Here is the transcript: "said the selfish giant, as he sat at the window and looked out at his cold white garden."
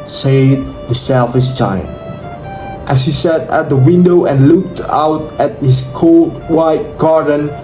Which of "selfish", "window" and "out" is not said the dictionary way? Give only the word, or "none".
selfish